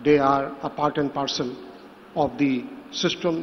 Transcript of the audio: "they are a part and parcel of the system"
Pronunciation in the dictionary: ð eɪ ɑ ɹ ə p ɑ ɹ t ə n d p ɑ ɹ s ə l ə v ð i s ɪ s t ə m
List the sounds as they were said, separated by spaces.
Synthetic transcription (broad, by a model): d eɪ ɑ ɹ ə p ɑ ɹ t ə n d p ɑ ɹ s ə n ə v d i s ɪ s t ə m